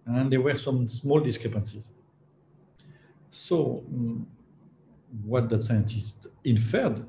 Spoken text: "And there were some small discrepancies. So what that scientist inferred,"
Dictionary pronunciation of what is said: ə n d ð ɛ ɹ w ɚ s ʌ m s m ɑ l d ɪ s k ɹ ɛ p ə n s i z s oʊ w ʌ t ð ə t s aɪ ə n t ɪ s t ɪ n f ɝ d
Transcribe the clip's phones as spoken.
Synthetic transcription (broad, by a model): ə n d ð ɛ w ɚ s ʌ m s m ɑ l d ɪ s k ɹ ɛ p ə n s i z s oʊ w ʌ t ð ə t s aɪ ə n t ɪ s t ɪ n f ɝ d